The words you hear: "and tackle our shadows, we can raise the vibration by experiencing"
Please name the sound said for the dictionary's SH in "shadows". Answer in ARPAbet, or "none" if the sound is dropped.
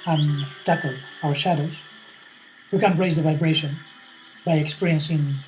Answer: SH